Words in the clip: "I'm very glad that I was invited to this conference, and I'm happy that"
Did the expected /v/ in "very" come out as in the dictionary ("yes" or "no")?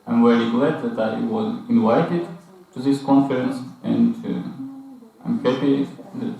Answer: no